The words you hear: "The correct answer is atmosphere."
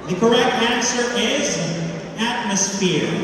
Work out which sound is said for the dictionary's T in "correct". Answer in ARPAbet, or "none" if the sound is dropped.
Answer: T